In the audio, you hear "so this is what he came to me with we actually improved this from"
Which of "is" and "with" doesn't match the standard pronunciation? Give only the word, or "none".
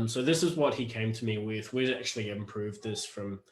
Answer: none